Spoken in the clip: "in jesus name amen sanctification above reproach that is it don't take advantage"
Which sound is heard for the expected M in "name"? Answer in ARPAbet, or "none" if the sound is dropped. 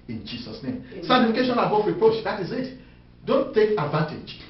none